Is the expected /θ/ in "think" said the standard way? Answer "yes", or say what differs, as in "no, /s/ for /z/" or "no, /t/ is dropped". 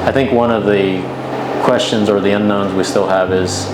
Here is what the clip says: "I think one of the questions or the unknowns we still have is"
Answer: yes